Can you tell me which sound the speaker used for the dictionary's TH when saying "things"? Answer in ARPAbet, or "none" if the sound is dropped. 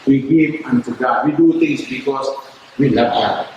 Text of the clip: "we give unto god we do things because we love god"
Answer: T